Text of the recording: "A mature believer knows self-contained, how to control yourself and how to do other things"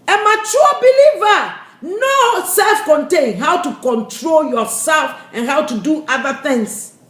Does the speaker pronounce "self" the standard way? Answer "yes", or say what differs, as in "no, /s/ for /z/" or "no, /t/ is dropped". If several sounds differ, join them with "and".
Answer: yes